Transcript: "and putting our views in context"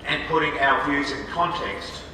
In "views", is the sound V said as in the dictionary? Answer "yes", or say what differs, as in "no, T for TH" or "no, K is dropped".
yes